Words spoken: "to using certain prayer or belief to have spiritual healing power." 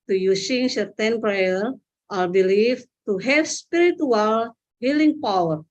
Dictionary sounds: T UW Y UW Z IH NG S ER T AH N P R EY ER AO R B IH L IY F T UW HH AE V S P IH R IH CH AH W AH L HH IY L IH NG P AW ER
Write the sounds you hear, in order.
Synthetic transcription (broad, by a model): T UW Y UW S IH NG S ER T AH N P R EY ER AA L B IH L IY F T UW HH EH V S P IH R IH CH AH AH L HH IY L IH NG P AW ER